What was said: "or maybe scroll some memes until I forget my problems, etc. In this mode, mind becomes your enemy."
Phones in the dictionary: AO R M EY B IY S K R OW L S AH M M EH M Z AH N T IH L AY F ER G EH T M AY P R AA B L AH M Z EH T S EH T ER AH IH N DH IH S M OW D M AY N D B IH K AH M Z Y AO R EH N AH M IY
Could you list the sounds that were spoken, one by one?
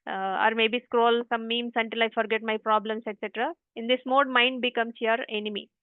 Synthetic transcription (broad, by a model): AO R M EY B IY S K R OW L S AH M M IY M S AH N T IH L AY F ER G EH T M AY P R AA B L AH M S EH T S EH T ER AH IH N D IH S M OW D M AY N D B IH K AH M S Y AO R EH N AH M IY